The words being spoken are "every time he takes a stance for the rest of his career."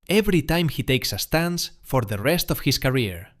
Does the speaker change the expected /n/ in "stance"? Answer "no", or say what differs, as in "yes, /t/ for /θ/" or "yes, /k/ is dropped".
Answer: no